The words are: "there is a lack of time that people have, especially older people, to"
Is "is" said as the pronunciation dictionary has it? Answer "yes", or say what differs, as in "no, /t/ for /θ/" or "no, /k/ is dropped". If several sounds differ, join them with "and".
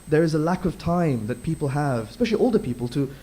yes